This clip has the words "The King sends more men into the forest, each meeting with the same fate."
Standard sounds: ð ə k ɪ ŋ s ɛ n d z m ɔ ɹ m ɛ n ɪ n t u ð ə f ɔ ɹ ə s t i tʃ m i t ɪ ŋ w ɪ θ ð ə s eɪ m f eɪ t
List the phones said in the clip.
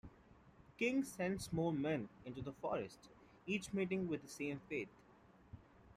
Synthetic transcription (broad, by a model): k ɪ ŋ s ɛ n d s m ɔ l m ɛ n ɪ n t u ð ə f ɔ ɹ ə s t i tʃ m i t ɪ ŋ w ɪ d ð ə s eɪ m f eɪ t